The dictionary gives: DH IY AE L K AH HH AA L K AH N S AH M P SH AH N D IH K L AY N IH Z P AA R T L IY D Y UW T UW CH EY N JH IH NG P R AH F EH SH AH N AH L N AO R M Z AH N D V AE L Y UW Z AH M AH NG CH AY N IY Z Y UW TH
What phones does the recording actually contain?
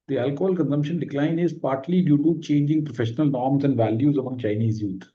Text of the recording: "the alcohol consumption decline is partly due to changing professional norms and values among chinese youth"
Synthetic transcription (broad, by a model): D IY AE L K AH HH AA L K AH N S AH M P SH AH N D IH K L AY N IH Z P AA R T L IY D Y UW T UW CH EY N JH IH NG P R AH F EH SH AH N AH L N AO R M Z AH N D V AE L Y UW Z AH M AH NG CH AY N IY Z Y UW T